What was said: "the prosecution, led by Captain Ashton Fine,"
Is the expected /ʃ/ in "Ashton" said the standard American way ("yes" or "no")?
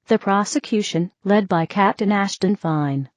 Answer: yes